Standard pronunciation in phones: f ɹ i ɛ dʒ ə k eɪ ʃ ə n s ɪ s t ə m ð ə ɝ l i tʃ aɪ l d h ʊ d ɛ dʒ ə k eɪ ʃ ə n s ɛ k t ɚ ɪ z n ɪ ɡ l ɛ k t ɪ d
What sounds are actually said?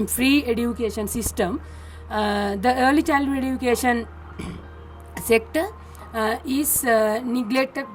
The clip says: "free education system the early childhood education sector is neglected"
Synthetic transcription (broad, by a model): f ɹ i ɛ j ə k eɪ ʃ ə n s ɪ s t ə m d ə ɝ l i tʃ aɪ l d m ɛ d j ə k eɪ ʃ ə n s ɛ k t ɚ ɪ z n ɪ ɡ l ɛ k t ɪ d